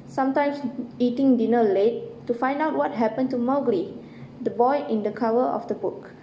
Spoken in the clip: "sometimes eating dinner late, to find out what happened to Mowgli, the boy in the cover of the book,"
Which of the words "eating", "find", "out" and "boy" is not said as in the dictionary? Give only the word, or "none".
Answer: none